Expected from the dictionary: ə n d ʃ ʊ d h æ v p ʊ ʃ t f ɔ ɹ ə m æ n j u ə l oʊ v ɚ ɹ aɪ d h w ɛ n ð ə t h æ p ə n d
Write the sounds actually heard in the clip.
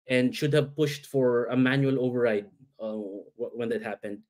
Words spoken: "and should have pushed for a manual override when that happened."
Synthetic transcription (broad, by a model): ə n d ʃ ʊ d h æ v p ʊ ʃ t f ɔ ɹ ə m æ n j u ə l oʊ v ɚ ɹ aɪ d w w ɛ n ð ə t h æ p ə n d